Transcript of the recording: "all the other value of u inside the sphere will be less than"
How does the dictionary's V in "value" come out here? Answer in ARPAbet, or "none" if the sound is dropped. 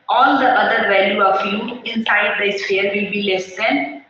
V